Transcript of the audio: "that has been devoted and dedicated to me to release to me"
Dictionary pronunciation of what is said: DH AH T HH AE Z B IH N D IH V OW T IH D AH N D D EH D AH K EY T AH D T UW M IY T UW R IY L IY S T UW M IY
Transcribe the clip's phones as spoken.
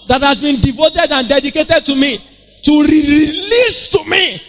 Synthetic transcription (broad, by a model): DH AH T HH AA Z B IH N D IH V OW T IH D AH N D D EH D AH K EY T AH D T UW M IY T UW R IY L IY S T UW M IY